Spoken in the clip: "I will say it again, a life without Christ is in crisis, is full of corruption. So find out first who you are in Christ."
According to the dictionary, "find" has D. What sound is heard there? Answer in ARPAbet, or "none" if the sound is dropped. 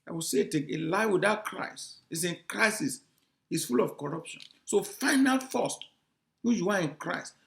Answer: none